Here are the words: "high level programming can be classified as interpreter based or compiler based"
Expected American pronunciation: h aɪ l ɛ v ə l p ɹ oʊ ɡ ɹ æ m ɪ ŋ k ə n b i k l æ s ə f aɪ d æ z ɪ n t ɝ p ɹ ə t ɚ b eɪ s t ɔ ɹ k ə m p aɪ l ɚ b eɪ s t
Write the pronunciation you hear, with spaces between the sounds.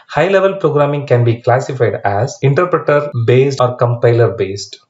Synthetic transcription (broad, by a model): h aɪ l ɛ v ə l p ɹ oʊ ɡ ɹ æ m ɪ ŋ k ə n b i k l æ s ə f aɪ d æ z ɪ n t ɝ p ɹ ə t ɚ b eɪ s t ɔ ɹ k ə m p aɪ l ɚ b eɪ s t